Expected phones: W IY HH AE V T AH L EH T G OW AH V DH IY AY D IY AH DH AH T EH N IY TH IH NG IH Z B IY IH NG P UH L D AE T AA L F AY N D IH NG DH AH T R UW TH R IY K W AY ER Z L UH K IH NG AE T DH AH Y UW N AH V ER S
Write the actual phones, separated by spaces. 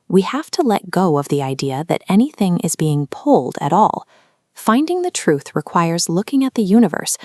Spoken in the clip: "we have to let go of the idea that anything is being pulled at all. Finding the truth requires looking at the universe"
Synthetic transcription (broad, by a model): W IY HH AE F T AH L EH T G OW AH V DH IY AY D IY AH DH AH T EH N IY TH IH NG IH Z B IY IH NG P UH L D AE T AA L F AY N D IH NG DH AH T R UW TH R IY K W AY ER Z L UH K IH NG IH T DH AH Y UW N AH V ER S